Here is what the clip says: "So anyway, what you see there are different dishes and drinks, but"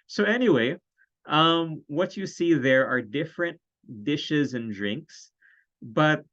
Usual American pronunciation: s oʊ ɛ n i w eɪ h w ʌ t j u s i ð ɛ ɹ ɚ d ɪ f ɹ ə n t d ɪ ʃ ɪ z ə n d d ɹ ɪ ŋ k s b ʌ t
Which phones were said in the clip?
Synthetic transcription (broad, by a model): s oʊ ɛ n i w eɪ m w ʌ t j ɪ s i ð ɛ ɹ ɚ d ɪ f ɹ ə n t d ɪ ʃ ɪ z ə n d d ɹ ɪ ŋ k s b ʌ t